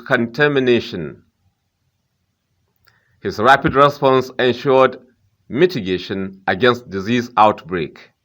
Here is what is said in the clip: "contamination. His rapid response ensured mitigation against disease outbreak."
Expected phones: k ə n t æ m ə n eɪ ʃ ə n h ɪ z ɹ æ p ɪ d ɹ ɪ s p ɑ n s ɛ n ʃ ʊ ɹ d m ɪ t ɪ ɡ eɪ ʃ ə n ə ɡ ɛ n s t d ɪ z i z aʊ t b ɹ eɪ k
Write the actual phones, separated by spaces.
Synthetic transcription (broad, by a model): k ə n t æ m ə n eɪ ʃ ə n h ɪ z ɹ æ p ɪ d ɹ ɪ s p ɑ n s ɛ n ʃ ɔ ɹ d m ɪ t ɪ ɡ eɪ ʃ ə n ə ɡ ɛ n s t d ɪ z i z aʊ t b ɹ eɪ k